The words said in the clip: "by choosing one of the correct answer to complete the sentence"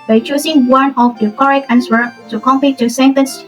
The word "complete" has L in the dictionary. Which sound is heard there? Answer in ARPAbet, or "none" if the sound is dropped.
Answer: none